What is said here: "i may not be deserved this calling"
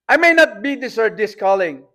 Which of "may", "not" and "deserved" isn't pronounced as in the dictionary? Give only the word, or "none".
deserved